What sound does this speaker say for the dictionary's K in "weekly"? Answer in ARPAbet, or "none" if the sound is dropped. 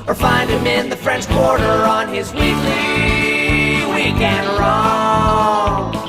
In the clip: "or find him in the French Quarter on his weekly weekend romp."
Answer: none